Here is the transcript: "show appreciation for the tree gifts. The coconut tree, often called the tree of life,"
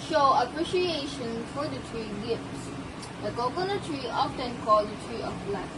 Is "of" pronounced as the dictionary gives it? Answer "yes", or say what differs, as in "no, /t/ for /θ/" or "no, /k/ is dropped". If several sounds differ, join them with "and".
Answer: no, /b/ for /v/